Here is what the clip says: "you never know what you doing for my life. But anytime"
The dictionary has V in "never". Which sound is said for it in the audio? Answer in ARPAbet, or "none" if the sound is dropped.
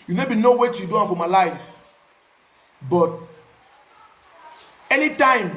B